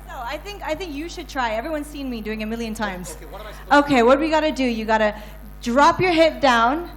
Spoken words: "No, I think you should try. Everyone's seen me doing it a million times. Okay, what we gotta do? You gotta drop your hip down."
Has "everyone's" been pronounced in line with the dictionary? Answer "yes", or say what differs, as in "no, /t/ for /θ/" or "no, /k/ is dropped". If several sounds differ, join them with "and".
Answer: yes